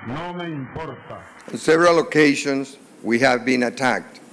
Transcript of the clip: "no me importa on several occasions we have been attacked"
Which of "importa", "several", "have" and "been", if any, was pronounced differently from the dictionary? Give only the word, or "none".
none